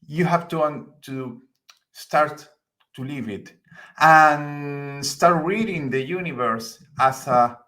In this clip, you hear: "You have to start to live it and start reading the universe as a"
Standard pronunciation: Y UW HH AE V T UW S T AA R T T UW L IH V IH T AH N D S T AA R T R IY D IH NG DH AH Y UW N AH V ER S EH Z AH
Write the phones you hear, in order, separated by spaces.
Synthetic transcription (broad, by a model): Y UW HH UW W T UW S T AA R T T UW L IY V IH T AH N S T AA R T R IY D IH NG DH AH Y UW N AH V ER S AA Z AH